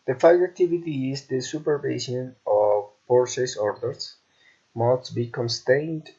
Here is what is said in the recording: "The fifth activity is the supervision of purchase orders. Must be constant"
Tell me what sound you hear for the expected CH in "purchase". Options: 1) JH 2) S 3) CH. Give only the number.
2